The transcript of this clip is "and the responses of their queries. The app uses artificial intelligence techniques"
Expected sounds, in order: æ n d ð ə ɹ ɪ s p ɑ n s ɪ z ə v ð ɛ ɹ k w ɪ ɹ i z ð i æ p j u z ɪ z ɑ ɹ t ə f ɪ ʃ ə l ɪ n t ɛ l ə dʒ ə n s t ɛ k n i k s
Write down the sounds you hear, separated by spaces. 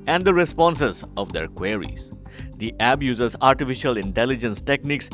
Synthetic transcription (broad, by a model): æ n d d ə ɹ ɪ s p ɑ n s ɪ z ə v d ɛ ɹ k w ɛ ɹ i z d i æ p j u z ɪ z ɑ ɹ t ə f ɪ ʃ ə l ɪ n t ɛ l ə dʒ ə n s t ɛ k n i k s